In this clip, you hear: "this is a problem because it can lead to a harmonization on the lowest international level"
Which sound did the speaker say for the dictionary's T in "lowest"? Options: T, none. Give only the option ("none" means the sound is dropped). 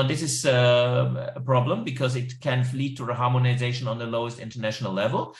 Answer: T